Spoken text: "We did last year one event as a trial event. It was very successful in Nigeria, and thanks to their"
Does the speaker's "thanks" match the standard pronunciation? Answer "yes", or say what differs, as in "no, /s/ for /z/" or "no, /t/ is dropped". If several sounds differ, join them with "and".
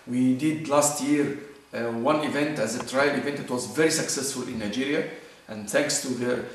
yes